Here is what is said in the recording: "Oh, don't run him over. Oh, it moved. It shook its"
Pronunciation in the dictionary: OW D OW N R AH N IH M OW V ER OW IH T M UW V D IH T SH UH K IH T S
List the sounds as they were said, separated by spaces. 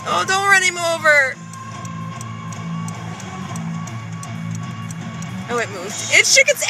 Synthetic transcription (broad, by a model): OW D OW N R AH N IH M OW V ER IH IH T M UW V IH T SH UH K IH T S